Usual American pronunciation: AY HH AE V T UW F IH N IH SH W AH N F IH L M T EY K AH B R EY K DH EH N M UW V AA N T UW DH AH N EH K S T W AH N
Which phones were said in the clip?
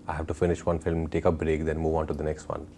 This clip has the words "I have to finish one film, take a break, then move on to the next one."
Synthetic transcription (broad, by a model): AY HH AE V T UW F IH N IH SH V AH N F IH L M T EY K AH B R EY K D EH N M UW V AA N T UW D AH N EH K S T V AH N